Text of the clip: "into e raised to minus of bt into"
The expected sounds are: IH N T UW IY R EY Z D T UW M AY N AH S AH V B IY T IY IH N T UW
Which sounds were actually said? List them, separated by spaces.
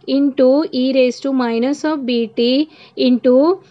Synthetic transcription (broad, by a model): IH N T UW IY R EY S T UW M AY N AH S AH P B IY T IY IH N T UW